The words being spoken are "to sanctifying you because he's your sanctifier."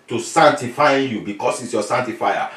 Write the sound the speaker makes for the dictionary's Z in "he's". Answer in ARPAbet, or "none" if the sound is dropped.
S